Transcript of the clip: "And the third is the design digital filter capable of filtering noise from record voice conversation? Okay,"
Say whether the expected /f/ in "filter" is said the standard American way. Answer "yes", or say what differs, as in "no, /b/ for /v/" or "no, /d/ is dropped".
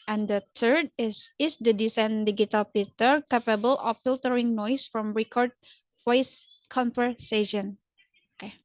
no, /p/ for /f/